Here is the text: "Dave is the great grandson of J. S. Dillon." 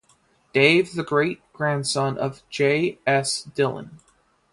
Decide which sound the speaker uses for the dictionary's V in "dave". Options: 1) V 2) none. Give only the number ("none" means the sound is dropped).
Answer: 2